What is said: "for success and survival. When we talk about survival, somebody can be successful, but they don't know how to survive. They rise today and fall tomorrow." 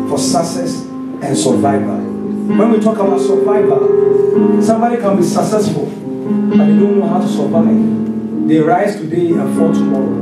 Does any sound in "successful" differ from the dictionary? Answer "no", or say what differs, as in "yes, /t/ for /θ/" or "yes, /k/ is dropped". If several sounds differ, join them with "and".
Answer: yes, /f/ is dropped